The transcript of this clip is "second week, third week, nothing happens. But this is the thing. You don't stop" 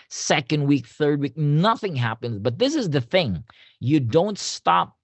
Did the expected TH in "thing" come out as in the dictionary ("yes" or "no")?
yes